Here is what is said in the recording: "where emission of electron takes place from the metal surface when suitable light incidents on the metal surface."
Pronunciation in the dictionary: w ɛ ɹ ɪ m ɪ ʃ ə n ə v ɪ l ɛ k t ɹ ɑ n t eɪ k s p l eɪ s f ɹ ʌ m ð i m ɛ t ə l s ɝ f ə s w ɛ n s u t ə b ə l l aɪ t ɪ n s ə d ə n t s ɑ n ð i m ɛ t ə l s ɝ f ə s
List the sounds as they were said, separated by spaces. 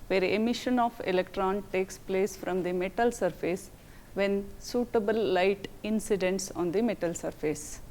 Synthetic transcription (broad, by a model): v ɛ ɹ ɪ m ɪ ʃ ə n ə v ɪ l ɛ k t ɹ ɑ n t eɪ k s p l eɪ s f ɹ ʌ m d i m ɛ t ə l s ɝ f ə s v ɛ n s u t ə b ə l l aɪ t ɪ n s ə d ə n t s ɑ n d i m ɛ t ə l s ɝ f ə s